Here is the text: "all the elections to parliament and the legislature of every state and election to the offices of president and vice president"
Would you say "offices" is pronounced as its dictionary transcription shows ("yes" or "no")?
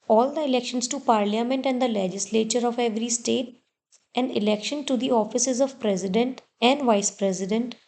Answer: yes